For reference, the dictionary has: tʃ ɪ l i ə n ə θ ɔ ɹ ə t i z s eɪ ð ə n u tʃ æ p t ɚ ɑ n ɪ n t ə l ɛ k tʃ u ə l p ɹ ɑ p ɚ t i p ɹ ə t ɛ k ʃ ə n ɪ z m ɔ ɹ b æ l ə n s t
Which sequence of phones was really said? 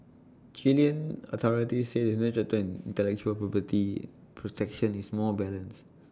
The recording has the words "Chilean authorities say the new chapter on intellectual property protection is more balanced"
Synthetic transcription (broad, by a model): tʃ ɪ l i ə n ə t ɔ ɹ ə t i s eɪ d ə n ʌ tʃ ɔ t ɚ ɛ n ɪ n t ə l ɛ k tʃ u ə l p ɹ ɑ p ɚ t i p ɹ ə t ɛ k ʃ ə n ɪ s m ɔ b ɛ l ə n s